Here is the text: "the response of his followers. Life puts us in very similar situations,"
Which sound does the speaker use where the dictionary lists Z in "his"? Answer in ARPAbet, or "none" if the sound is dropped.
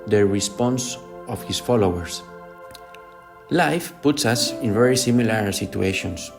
S